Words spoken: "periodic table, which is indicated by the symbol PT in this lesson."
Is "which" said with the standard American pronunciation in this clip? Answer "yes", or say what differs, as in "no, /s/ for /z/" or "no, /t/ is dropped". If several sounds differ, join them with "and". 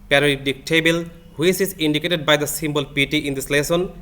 no, /s/ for /tʃ/